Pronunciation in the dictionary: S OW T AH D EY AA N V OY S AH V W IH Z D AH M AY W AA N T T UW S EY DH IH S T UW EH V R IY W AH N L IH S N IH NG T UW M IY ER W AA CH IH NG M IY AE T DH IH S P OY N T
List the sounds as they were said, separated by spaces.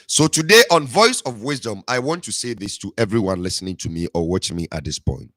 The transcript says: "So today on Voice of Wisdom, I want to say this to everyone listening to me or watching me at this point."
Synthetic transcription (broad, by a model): S OW T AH D EY AA N V OY S AH V W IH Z D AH M AY W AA N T T UW S EY DH IH S T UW EH V R IY W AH N L IH S N IH NG T UW M IY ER W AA CH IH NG M IY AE T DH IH S P OY N T